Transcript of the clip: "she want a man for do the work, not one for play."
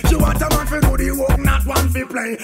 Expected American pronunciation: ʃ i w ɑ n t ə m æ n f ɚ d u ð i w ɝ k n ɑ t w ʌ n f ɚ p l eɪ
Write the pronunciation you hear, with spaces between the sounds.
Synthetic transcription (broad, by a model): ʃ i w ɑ t ə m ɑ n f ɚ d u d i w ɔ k n ɑ t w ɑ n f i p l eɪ